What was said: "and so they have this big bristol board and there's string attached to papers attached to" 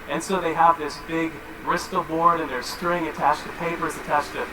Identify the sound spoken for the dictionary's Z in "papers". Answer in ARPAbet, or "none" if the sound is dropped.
Z